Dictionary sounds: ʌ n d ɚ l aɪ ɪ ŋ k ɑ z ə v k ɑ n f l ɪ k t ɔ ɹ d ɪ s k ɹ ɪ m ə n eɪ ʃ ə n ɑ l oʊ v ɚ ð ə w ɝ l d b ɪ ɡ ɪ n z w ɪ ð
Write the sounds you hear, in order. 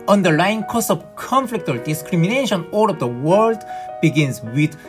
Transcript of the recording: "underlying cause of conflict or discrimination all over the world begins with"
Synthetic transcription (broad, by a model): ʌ n d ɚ l aɪ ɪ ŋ k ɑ s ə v k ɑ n f l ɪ k t ɔ ɹ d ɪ s k ɹ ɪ m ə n eɪ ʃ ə n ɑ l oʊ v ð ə w ɝ l d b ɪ ɡ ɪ n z w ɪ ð